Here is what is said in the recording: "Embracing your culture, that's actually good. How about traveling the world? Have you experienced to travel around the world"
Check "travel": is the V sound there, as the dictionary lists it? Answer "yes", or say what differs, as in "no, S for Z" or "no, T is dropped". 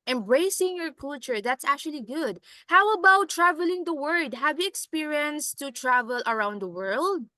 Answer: yes